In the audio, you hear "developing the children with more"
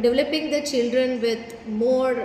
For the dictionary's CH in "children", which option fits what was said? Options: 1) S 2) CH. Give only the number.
2